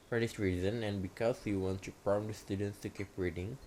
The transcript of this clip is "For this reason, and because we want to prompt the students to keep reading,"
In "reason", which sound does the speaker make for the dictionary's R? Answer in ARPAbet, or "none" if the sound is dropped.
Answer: R